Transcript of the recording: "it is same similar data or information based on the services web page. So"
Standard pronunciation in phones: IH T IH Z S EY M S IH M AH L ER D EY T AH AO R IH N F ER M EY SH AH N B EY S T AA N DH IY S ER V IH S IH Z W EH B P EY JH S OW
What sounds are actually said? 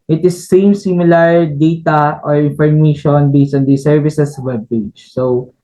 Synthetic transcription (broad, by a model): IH T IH S EY M S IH M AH L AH D EY T AH AO R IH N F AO M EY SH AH N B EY S AA N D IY S ER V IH S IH S W EH B P EY JH S OW